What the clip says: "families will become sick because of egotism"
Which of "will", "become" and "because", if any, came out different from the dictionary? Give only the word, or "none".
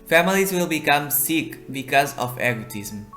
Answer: none